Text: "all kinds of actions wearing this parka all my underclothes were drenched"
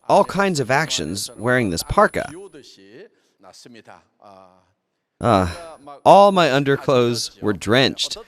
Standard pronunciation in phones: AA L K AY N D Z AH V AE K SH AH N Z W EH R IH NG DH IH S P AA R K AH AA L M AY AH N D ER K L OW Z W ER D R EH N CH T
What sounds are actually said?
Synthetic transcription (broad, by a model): AA L K AY N D Z AH V AE K SH AH N Z W EH R IH NG DH IH S P AA R K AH AA L M AY AH N D ER K L OW Z W ER D R EH N CH T